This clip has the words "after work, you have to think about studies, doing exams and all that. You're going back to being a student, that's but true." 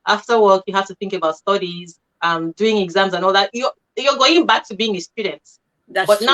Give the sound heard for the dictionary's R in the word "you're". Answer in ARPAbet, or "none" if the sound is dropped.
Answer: L